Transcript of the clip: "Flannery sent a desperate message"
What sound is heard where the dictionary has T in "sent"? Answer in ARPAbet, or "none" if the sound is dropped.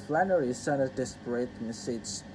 none